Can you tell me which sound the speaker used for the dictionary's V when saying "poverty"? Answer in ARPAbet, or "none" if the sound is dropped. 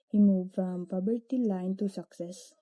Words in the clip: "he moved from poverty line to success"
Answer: B